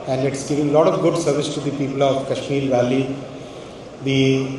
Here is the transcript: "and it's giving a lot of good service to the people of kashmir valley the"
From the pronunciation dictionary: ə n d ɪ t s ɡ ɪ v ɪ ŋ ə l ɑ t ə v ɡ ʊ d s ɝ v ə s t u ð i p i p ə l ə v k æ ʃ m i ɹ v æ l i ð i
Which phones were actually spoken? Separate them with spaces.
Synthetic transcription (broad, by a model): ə n d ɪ t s ɡ ɪ v ɪ ŋ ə l ɑ t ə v ɡ ʊ d s ɝ v ə s t u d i p i p ə l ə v k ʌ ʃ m i l v æ l i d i